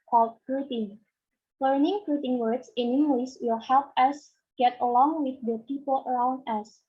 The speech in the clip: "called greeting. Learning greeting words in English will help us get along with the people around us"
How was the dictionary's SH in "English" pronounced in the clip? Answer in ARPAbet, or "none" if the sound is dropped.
S